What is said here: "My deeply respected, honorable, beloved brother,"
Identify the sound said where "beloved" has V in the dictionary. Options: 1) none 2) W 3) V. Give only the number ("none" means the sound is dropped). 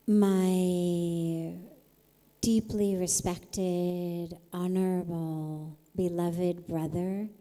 3